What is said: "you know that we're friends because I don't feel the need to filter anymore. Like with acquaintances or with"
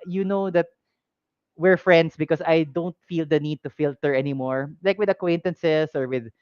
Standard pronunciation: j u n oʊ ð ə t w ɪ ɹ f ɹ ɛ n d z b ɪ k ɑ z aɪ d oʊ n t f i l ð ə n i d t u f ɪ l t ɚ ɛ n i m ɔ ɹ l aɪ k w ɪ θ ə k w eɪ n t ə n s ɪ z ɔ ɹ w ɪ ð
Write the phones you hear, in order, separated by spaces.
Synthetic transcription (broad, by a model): j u n oʊ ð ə t w ɪ ɹ f ɹ ɛ n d s b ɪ k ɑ s aɪ d oʊ n t f i l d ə n i d t u f ɪ l t ɚ ɛ n i m ɔ ɹ l aɪ k w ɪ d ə k w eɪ n t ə n s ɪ s ɔ ɹ w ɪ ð